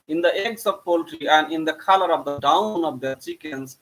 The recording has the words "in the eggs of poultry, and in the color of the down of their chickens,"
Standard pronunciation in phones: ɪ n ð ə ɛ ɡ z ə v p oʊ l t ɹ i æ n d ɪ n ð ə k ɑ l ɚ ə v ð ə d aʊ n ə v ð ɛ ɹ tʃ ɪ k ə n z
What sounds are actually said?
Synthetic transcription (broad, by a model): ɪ n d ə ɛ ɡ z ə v p oʊ l t ɹ i æ n d ɪ n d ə k ɑ l ɚ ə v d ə d aʊ n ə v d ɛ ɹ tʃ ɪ k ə n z